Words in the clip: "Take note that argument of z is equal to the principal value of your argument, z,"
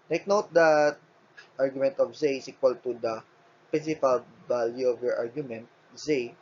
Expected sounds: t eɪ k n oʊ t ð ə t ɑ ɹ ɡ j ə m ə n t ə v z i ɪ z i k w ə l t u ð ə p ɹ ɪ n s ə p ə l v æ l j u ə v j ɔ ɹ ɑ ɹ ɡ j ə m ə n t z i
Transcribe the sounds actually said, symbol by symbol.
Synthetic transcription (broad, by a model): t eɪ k n oʊ t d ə t ɑ ɹ ɡ j ə m ə n t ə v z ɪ s i k w ə l t u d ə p ɪ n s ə f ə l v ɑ l j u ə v j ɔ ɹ ɑ ɹ ɡ j ə m ə n t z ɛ